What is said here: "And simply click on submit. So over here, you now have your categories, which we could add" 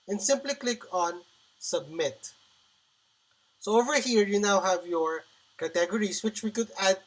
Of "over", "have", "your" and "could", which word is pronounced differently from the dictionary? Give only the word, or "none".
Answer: none